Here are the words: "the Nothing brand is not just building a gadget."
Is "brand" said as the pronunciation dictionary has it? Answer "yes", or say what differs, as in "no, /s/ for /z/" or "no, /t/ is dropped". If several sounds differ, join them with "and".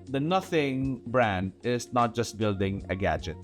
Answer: yes